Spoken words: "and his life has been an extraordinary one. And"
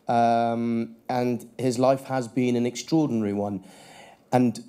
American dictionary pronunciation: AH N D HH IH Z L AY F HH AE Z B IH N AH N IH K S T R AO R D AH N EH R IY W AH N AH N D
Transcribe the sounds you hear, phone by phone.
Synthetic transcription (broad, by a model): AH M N HH IH Z L AY F HH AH Z B IH N AH N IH K S T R AO D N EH R IY W AH N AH N